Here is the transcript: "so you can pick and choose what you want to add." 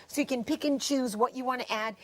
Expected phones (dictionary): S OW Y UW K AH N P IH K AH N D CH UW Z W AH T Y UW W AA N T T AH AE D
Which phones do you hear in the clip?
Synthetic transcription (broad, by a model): S OW Y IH K AH N P IH K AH N CH UW Z W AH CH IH W AA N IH T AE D